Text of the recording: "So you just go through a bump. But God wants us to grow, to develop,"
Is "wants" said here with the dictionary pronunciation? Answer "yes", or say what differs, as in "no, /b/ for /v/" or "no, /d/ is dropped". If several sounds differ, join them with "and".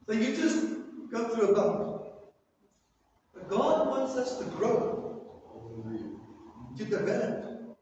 yes